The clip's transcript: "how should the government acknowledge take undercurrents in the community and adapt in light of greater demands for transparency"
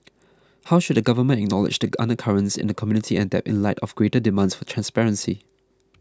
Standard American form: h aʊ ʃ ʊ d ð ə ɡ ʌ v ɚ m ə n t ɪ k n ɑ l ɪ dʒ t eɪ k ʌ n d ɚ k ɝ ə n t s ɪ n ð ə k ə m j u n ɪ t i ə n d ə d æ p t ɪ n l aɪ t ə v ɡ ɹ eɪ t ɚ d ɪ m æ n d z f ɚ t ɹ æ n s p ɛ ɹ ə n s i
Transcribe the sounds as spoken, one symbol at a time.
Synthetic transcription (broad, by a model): h aʊ ʃ ʊ d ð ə ɡ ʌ v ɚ m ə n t ɪ k n ɑ l ɪ dʒ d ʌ ʌ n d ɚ k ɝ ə n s ɪ n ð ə k ə m j u n ɪ t i ə n d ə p ɪ n l aɪ t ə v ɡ ɹ eɪ t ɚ d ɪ m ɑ n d s f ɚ t ɹ æ n s p ɛ ɹ ə n s i